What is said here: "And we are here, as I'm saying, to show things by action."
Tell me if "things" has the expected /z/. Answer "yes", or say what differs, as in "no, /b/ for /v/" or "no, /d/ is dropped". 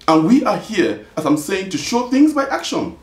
yes